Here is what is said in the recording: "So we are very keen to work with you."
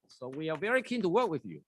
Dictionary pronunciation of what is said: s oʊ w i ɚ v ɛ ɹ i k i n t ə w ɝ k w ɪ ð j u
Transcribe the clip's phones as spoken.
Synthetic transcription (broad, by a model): s oʊ w i ɚ v ɛ ɹ i k i n t ə w ɝ k w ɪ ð j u